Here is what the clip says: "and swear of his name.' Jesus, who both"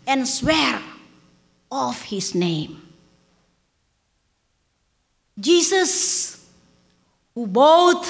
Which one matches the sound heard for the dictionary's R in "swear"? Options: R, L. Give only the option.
R